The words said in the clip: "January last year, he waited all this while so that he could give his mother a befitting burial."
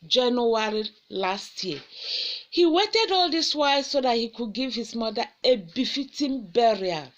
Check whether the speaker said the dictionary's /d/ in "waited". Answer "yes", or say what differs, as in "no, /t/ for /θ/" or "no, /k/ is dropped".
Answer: yes